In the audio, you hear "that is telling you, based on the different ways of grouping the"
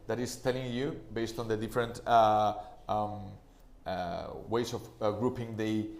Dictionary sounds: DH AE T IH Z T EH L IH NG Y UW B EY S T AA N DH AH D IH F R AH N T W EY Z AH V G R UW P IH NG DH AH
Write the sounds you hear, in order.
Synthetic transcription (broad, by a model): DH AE T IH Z T EH L IH NG Y UW B EY S T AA N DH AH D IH F R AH N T W EY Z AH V G R UW P IH NG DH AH